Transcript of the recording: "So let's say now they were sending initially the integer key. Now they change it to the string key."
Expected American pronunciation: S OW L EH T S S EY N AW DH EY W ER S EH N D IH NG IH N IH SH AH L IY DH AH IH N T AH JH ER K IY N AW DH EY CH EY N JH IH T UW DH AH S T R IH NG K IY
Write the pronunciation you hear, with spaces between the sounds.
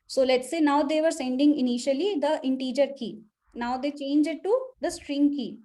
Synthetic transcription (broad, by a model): S OW L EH T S S EY N AW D EY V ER S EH N D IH NG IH N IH SH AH L IY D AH IH N T AH JH ER K IY N AW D EY CH EY N JH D T UW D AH S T R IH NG K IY